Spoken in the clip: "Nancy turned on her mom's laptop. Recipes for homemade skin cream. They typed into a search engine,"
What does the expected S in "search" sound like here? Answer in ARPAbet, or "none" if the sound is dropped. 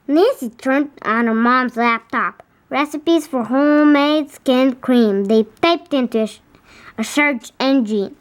SH